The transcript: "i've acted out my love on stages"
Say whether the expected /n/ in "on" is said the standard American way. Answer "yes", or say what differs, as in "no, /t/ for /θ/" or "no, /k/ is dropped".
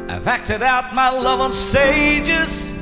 no, /l/ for /n/